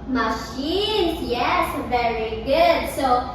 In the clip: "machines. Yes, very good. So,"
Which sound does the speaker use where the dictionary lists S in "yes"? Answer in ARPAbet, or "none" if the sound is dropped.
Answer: S